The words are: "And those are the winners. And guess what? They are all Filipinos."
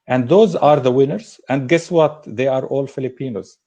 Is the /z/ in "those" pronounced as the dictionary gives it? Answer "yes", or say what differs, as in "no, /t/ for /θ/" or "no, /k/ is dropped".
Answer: yes